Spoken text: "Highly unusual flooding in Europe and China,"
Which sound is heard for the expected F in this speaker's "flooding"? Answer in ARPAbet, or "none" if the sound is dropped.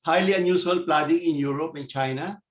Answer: P